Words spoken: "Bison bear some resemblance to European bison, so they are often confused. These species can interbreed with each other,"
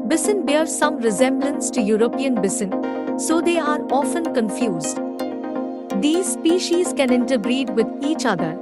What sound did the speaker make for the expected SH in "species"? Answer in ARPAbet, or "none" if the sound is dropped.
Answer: SH